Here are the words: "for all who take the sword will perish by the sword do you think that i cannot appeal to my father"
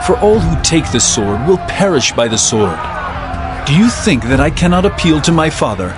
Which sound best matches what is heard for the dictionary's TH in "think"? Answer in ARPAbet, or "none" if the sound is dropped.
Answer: TH